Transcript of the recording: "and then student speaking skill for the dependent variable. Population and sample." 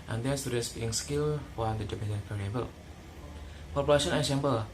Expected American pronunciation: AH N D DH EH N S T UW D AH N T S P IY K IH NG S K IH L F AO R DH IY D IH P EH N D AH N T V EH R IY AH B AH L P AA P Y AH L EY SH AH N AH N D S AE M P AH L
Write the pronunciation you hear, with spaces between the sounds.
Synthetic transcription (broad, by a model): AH N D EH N S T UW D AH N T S B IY IH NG S K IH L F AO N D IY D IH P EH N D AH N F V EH R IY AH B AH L P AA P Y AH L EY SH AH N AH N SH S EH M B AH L